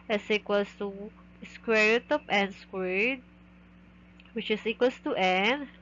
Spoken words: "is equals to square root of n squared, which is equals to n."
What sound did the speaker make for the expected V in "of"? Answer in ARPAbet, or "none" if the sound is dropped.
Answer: P